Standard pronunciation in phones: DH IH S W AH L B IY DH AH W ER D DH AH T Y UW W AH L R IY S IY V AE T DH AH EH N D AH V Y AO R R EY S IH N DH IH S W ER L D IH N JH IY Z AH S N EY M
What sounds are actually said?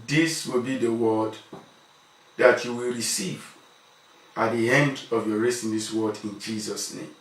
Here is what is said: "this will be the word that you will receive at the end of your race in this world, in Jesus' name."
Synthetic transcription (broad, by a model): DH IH S W AH L B IY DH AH W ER D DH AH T Y UW W AH L R IY S IY V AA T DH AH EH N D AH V Y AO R R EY S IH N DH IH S W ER D IH N JH IY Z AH S N EY M